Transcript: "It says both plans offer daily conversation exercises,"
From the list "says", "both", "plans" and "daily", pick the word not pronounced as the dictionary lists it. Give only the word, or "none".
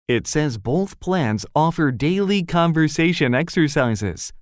none